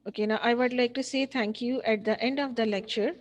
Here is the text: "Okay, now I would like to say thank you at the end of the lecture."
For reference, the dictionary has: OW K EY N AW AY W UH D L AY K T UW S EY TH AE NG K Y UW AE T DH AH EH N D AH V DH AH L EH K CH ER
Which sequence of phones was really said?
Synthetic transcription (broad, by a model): OW K EY N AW AY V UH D L AY K T UW S EY T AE NG K Y UW AE T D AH EH N D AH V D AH L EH K CH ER